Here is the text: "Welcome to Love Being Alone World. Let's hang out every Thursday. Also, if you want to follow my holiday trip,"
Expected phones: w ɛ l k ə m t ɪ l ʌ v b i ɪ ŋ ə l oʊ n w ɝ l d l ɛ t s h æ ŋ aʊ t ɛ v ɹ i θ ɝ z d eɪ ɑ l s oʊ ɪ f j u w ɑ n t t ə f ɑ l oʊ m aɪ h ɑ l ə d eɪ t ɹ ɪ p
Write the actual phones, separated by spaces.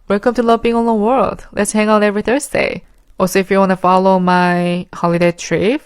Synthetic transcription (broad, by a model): w ɛ l k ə m t ɪ l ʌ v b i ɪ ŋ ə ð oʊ w ɝ l d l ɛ t s h æ ŋ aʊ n ɛ v ɹ i θ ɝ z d eɪ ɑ s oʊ ɪ f j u w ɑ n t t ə f ɑ l oʊ m aɪ h ɑ l ə d eɪ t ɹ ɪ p